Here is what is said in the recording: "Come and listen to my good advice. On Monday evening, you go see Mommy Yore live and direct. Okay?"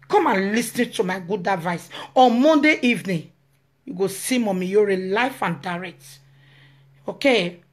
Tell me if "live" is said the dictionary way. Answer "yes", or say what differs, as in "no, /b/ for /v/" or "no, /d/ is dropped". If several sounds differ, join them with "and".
no, /f/ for /v/